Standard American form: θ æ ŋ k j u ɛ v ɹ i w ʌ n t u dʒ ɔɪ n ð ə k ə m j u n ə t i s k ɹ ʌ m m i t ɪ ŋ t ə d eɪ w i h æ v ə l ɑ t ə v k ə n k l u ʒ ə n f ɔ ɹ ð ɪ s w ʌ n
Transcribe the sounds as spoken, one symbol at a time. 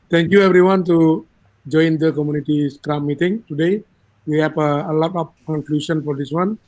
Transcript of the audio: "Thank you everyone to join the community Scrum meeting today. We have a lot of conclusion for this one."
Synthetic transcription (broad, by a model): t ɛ ŋ k j u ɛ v ɹ i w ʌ n t u dʒ ɔɪ n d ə k ə m j u n ə t i s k ɹ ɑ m m i t ɪ ŋ t ə d eɪ w i h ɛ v ə l ɑ t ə p k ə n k l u ʃ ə n f ɔ ɹ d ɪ s w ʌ n